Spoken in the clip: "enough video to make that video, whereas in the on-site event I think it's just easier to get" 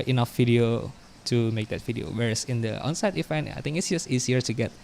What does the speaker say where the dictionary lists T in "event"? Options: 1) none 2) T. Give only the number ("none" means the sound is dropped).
1